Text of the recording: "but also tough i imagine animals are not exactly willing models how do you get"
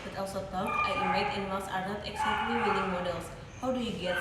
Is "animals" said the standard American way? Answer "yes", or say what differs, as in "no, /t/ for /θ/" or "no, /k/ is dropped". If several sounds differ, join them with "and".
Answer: no, /n/ is dropped and /s/ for /z/